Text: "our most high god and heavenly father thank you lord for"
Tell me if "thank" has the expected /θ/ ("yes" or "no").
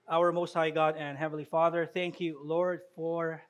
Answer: yes